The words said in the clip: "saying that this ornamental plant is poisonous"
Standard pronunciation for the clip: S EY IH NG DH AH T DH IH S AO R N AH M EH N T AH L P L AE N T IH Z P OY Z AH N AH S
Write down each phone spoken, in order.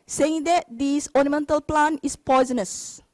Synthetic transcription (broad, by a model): S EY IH NG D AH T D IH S AO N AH M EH N T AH L P L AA N IH S P OY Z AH N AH S